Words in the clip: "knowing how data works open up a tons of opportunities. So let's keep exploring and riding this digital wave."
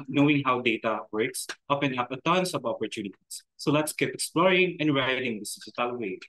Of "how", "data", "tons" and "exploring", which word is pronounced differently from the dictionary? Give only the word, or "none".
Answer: tons